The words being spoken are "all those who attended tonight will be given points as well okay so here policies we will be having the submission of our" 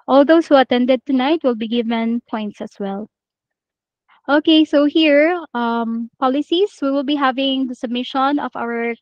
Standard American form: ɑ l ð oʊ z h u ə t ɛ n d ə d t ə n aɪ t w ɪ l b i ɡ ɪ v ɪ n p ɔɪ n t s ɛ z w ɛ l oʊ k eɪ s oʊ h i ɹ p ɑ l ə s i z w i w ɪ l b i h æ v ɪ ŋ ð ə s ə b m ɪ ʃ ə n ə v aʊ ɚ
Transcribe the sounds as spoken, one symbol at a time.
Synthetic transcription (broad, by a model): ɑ l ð oʊ s h u ə t ɛ n d ə d t ə n aɪ t w ɪ l b i ɡ ɪ v ɪ n p ɔɪ n t s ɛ s w ɛ l oʊ k eɪ s oʊ h i ɹ p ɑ l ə s i s w i w ɪ l b i h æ v ɪ ŋ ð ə s ə b m ɪ ʃ ə n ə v aʊ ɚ